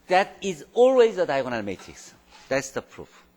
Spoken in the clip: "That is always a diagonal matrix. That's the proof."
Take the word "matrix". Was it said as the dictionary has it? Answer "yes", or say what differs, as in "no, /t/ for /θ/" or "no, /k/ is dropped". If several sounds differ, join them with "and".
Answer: no, /ɹ/ is dropped